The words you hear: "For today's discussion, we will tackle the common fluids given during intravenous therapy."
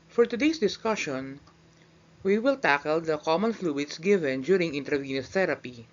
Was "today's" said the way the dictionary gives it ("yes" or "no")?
no